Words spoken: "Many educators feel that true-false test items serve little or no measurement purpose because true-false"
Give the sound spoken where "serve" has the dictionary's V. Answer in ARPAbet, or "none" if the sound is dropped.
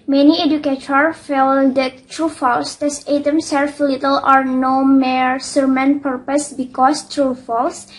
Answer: F